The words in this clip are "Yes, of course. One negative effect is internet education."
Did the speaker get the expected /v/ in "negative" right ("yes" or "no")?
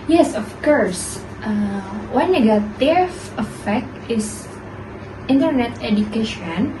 no